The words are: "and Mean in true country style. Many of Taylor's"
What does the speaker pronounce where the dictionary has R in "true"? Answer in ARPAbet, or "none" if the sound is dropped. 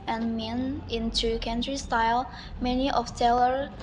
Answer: none